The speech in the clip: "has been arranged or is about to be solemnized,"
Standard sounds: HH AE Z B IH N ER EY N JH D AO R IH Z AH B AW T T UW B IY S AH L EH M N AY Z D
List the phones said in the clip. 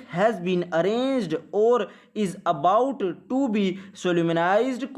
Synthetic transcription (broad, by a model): HH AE Z B IH N ER EY N JH D AO R IH Z AH B AW T T UW B IY S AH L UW M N AY Z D